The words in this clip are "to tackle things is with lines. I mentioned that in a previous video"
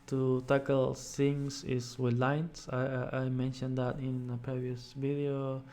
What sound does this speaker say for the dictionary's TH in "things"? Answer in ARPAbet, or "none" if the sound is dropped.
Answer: S